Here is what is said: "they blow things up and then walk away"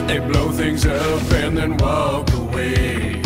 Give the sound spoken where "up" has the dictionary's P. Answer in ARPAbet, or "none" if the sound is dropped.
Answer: F